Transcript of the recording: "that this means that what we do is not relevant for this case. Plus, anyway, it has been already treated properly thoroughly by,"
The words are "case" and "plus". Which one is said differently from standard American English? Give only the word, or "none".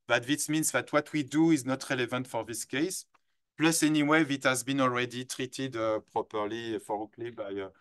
none